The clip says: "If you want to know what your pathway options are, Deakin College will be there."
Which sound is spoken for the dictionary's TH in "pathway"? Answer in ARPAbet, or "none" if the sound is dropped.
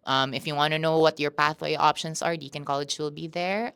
TH